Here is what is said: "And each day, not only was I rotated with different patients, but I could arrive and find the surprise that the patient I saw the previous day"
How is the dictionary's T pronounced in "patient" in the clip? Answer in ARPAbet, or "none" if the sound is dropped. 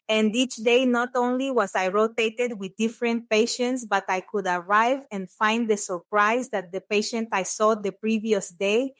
T